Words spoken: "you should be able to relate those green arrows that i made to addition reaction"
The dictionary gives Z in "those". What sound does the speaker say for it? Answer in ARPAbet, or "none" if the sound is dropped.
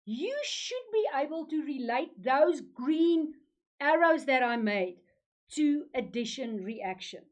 Z